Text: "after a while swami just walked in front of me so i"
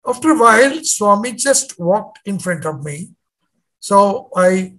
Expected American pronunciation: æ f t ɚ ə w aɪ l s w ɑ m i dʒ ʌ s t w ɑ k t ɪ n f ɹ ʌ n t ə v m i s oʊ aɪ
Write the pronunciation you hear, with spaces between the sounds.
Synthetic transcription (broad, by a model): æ f t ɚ ə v aɪ l s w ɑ m i dʒ ʌ s t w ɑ k t ɪ n f ɹ ʌ n t ə v m i s oʊ aɪ